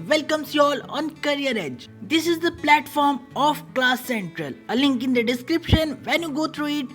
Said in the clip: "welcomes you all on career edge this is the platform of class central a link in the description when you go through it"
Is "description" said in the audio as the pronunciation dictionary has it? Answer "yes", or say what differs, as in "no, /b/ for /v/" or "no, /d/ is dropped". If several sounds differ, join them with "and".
yes